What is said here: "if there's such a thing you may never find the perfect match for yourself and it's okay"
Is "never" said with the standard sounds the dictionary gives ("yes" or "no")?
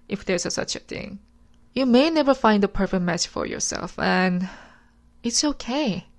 yes